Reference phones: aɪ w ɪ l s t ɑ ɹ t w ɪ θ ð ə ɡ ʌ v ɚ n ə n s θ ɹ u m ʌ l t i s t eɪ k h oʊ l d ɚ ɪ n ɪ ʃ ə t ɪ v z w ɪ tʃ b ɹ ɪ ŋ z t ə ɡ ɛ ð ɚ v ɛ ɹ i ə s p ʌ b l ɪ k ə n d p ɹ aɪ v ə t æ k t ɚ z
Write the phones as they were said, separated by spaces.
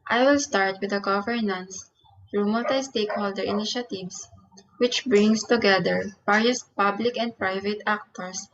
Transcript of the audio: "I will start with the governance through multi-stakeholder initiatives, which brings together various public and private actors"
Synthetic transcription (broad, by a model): aɪ w ɪ l s t ɑ ɹ t w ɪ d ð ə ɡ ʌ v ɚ n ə n s ɹ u m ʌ t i s t eɪ k h oʊ l d ɚ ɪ n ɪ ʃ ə t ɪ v s w ɪ tʃ b ɹ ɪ ŋ s t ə ɡ ɛ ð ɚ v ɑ ɹ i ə s p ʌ b l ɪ k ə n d p ɹ aɪ v ə t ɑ k t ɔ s